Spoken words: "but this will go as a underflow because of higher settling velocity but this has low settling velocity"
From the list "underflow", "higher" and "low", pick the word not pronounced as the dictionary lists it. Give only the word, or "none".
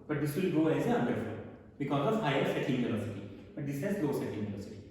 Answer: underflow